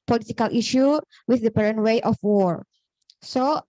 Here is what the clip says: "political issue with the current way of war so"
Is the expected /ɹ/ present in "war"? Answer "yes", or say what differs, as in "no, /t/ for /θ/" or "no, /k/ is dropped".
yes